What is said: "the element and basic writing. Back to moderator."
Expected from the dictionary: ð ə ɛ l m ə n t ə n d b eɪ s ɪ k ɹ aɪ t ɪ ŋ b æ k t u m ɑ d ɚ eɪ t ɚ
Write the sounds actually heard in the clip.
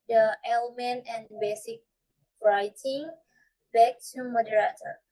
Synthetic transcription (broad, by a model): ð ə ɛ l m ə n t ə n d b eɪ s ɪ k ɹ aɪ t ɪ ŋ b æ k t u m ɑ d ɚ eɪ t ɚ